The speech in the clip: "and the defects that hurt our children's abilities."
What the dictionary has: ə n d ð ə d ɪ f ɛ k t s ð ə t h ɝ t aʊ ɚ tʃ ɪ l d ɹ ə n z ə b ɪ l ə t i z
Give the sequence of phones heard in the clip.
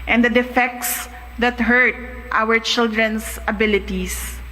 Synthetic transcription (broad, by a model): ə n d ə d ɪ f ɛ k t s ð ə t h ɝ t aʊ ɚ tʃ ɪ l d ɹ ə n s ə b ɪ l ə t i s